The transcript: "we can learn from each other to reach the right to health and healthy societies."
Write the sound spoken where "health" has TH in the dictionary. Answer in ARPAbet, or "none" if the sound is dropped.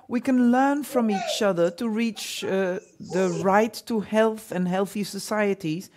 TH